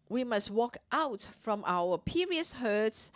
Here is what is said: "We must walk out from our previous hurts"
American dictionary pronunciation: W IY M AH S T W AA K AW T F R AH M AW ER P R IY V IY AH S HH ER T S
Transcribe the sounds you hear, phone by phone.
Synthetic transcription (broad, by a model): W IY M AH S T W AA K AW T F R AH M AW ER P IY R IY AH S HH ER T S